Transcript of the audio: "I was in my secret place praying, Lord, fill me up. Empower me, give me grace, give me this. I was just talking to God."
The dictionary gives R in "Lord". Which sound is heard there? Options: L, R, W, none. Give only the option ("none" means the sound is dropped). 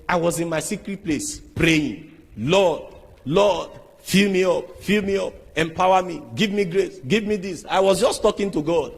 L